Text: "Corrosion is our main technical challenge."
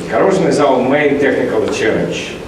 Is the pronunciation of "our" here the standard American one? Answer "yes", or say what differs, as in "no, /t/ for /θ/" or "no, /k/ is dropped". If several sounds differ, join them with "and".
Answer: no, /l/ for /ɹ/